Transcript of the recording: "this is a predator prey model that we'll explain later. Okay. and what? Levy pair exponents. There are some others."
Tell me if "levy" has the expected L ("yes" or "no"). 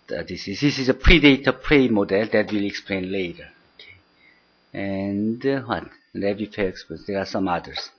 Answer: no